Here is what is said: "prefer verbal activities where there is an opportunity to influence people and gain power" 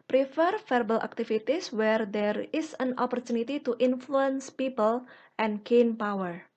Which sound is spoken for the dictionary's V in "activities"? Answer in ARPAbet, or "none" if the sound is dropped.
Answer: F